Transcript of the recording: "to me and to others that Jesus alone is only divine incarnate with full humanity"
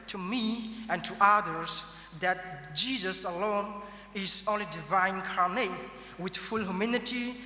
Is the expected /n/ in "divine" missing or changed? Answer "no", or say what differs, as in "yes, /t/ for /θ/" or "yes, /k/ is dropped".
yes, /n/ is dropped